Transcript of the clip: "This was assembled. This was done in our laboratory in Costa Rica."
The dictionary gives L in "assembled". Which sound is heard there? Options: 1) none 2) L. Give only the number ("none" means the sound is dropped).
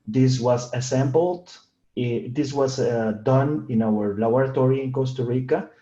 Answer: 2